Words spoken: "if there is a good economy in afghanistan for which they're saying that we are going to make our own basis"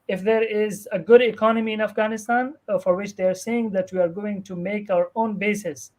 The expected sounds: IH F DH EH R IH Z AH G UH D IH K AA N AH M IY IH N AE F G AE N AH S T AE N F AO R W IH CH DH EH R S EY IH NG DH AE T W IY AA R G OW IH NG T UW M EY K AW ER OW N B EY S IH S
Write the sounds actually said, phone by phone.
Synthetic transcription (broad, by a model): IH F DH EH R IH Z AH G UH D IH K AA N AH M IY IH N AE F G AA N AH S T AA N F AO R W IH CH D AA R S EY IH NG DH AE T W IY AA R G OW IH NG T UW M EY K AW ER OW N B EY S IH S